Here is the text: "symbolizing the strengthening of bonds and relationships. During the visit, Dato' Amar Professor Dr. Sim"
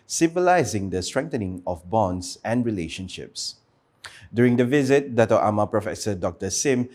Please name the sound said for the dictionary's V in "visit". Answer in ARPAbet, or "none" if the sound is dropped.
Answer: V